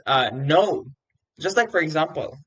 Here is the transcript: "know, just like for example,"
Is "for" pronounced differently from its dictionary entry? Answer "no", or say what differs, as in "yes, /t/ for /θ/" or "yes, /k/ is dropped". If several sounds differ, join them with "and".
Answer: no